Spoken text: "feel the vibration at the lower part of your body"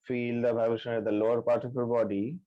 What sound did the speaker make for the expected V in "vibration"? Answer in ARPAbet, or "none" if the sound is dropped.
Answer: B